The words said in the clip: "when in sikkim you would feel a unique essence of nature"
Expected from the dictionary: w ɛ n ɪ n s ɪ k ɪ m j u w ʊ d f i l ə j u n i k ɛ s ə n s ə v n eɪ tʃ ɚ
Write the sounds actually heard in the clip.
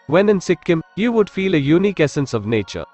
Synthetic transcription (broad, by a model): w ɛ n ɪ n s ɪ k ɪ m j u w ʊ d f i l ə j u n i k ɛ s ə n s ə v n eɪ tʃ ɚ